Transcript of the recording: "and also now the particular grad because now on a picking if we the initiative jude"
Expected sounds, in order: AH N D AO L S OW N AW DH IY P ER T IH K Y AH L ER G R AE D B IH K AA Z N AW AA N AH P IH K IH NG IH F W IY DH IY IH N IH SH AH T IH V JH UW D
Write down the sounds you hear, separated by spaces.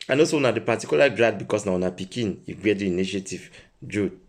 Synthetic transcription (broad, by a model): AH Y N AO S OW N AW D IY P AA T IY K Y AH L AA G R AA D B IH K AA S N AW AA N AH P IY K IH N IH F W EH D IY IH N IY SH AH T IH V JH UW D